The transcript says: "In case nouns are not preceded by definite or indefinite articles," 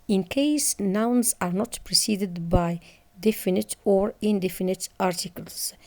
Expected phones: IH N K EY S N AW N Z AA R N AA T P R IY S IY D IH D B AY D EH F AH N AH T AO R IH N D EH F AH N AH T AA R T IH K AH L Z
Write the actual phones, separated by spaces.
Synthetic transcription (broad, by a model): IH N K EY S N AW N Z AA R N AA T P R IY S IY D IH D B AY D EH F AH N AH T AO R IH N D EH F AH N AH T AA R T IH K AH L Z